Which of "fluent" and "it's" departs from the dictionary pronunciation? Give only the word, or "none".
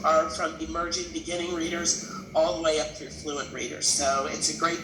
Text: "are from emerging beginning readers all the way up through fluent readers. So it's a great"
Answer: none